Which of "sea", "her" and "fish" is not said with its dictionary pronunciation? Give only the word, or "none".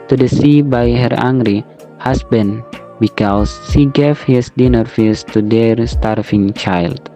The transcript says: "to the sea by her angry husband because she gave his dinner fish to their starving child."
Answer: fish